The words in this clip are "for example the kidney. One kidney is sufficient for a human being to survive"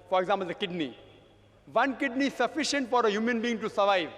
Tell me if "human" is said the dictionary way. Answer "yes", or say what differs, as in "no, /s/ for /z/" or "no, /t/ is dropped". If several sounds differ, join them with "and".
yes